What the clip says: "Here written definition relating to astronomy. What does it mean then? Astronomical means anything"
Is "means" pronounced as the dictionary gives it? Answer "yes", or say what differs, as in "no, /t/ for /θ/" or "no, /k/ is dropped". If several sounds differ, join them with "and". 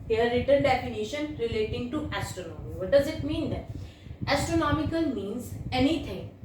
yes